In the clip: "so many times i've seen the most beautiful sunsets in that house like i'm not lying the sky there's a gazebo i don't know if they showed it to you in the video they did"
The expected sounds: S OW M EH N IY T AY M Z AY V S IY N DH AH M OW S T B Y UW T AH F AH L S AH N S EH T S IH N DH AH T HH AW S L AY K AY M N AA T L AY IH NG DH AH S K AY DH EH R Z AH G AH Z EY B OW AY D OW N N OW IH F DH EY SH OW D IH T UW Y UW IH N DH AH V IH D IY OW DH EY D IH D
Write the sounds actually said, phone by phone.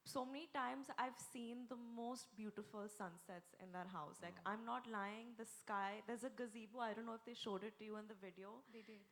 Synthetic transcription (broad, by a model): S OW M EH N IY T AY M Z AY V S IY N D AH M OW S T B Y UW T AH F AH L S AH N S EH T S IH N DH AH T HH AW S L AY K AY M N AA T L AY IH NG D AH S K AY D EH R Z AH G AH Z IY B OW AY D OW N N OW IH F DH EY SH OW D IH T UW Y UW IH N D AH V IH D IY OW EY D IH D